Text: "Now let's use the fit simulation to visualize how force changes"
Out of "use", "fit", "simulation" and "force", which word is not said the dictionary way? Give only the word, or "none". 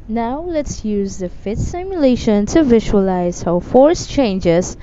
none